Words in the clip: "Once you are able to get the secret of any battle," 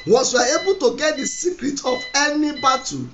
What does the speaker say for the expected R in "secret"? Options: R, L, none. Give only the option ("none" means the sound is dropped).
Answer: R